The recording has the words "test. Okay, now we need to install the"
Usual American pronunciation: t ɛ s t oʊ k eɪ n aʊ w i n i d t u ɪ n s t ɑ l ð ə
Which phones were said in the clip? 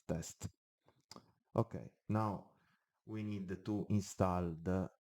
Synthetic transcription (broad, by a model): t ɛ s t oʊ k eɪ n aʊ w i n i d t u ɪ n s t ɑ l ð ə